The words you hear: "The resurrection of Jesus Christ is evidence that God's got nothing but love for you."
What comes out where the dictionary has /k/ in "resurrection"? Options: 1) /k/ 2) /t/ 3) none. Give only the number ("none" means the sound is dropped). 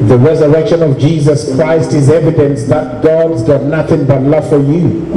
1